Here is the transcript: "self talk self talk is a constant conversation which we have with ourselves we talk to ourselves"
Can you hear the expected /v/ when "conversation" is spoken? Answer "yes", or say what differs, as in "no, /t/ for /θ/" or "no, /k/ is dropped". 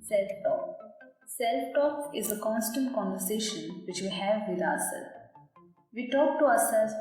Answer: yes